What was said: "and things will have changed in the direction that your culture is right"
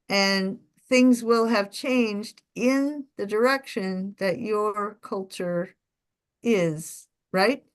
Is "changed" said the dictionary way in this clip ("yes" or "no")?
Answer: yes